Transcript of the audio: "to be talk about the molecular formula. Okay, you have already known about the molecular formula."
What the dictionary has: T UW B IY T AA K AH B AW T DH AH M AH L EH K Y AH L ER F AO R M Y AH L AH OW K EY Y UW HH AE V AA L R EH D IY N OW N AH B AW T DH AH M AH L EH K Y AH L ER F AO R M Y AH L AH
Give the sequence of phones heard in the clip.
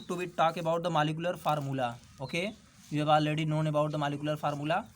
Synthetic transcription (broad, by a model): T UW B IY T AA K AH B AW T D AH M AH L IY K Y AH L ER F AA R M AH L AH OW K EY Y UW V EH B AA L EH D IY N OW N AH B AW T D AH M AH L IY K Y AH L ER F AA R M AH L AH